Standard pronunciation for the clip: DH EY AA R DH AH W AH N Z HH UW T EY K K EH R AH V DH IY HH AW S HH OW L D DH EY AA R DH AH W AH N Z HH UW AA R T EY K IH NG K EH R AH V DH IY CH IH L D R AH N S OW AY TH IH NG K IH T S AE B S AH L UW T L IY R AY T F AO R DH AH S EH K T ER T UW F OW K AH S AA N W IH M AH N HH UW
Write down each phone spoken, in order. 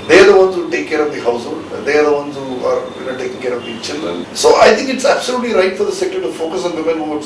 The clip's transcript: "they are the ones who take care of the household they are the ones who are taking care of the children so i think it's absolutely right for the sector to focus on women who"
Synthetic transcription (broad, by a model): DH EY AA R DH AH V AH N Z HH UW T EY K K EH R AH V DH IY HH AW S HH OW L D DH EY AA R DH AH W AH N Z HH UW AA R T EY K IH NG K EH R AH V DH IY CH IH L D R AH N S OW AY T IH NG K IH T S AE B S AH L UW T L IY R AY T F AO R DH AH S EH K T ER T UW F OW K AH S AA N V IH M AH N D